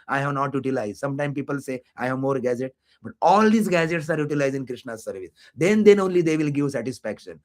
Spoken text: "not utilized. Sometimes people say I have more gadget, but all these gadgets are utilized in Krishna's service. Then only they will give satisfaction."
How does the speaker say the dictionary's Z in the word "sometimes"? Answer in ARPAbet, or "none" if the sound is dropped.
none